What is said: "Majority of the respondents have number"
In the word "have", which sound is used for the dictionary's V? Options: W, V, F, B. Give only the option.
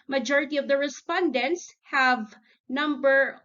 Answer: V